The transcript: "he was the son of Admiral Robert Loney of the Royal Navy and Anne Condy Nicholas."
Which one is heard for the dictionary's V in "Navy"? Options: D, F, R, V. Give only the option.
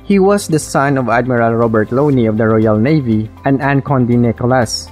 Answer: V